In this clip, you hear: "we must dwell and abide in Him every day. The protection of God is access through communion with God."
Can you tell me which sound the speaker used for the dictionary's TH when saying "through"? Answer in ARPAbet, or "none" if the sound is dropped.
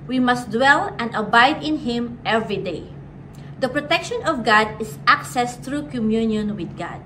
T